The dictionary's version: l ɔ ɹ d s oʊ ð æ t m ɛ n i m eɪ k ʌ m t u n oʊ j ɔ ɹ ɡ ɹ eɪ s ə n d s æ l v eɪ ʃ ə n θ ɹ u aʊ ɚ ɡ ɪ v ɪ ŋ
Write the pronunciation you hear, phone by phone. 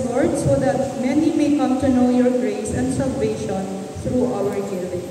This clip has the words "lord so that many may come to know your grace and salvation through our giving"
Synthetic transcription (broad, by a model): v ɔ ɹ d s oʊ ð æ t m ɛ n i m eɪ k ʌ m t u n oʊ j ɔ ɹ ɡ ɹ eɪ s ə n d s æ l v eɪ ʃ ə n t ɹ u aʊ ɚ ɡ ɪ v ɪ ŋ